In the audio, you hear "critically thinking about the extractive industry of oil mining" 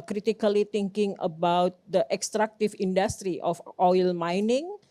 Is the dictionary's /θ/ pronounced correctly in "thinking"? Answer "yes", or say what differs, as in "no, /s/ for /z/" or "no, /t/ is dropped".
no, /t/ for /θ/